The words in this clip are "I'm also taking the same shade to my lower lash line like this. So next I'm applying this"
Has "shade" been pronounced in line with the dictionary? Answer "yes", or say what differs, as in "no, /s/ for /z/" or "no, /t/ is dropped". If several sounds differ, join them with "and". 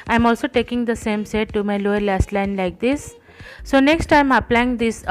no, /s/ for /ʃ/